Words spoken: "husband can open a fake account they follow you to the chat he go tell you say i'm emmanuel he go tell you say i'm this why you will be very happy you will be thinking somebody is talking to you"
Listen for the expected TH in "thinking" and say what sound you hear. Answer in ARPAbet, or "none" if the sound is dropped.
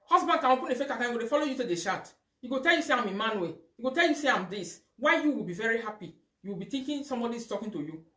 T